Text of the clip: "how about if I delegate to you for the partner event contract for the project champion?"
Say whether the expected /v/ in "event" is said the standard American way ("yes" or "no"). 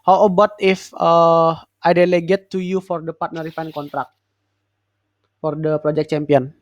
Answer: no